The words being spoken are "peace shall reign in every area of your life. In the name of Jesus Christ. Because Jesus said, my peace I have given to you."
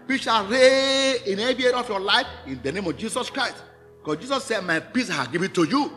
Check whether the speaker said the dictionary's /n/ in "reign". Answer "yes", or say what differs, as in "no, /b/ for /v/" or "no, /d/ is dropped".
no, /n/ is dropped